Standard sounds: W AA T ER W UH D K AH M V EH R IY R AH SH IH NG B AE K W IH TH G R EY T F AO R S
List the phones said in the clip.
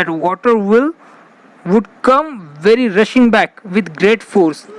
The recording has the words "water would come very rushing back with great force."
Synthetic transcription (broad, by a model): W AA T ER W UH D K AH M V EH R IY R AH SH IH NG B AE K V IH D G R EY T F AO R S